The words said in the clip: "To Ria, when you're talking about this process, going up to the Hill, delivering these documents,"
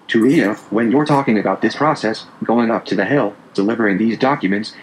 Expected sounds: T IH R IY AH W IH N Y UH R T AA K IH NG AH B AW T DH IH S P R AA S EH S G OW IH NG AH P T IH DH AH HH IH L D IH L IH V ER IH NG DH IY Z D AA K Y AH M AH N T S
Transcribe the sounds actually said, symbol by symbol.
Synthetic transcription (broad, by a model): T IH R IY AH W IH N Y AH R T AA K IH NG AH B AW T DH IH S P R AA S EH S G OW IH NG AH P T IH DH AH HH IH L D IH L IH V ER IH NG DH IY Z D AA K Y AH M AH N T S